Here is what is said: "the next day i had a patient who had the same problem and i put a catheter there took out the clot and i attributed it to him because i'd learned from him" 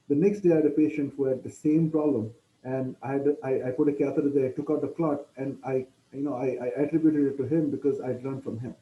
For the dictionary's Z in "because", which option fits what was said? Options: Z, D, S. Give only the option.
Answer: Z